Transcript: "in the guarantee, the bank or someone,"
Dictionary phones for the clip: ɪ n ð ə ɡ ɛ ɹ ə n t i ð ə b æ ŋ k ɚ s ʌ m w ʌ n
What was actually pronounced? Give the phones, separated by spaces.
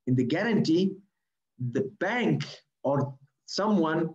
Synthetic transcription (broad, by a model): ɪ n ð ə ɡ ɛ ɹ ə n t i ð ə b æ ŋ k ɚ s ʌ m w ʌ n